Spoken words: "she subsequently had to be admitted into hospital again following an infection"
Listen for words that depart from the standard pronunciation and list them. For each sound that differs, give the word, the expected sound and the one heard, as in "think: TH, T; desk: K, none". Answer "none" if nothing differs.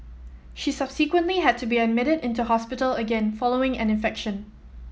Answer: none